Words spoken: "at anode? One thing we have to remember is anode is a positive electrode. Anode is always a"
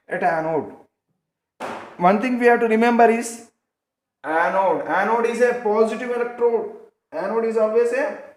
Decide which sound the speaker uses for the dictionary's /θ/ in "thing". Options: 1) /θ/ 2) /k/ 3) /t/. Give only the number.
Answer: 3